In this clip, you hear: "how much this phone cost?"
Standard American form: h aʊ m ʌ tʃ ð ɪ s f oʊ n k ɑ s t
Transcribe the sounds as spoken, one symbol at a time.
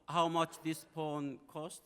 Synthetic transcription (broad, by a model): h aʊ m ʌ tʃ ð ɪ s p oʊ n k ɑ s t